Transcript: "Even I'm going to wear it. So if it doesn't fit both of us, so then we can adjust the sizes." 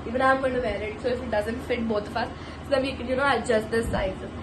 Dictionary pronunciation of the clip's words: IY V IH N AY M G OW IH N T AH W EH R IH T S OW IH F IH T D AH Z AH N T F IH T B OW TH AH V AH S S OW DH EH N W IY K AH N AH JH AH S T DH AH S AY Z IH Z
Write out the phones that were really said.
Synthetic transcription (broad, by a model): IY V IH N AY M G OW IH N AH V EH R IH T S OW IH F IH T D AH Z AH N T F IH T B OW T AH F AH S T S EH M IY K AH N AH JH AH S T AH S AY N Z